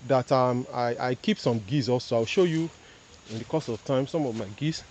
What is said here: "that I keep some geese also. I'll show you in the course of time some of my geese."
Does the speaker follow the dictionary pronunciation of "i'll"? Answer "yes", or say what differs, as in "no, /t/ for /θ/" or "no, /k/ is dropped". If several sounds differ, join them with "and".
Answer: no, /w/ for /l/